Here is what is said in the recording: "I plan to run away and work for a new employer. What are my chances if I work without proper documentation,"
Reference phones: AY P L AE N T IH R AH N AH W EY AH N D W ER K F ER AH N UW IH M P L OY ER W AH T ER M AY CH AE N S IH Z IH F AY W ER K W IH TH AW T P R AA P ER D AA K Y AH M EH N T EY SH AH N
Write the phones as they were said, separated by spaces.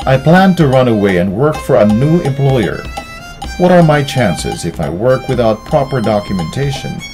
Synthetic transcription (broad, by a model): AY P L AE N T IH R AH N AH W EY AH N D W ER K F ER AH N UW IH M P L OY ER W AH T ER M AY CH AE N S IH Z IH F AY W ER K W IH TH AW T P R AA P ER D AA K Y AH M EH N T EY SH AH N